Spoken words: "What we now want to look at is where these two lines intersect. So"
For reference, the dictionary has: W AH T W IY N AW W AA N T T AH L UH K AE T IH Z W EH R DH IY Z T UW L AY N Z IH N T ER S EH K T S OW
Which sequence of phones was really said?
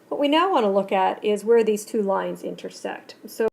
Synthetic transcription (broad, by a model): W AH T W IY N AW W AA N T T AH L UH K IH T IH Z W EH R DH IY Z T UW L AY N Z IH N T ER S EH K T S OW